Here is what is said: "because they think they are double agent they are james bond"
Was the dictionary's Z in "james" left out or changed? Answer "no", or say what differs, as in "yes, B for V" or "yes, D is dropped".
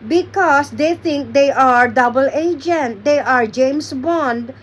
yes, S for Z